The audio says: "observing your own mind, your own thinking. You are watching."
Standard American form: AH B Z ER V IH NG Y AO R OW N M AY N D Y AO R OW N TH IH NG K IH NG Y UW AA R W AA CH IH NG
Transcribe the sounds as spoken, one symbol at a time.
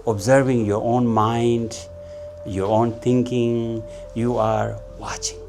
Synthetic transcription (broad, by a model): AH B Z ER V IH NG Y AO R OW N M AY N D Y AO R OW N T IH NG K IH NG Y UW AA R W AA CH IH NG